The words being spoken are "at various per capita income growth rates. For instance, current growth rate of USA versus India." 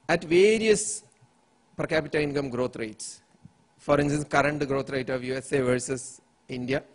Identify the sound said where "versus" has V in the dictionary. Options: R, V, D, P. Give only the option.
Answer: V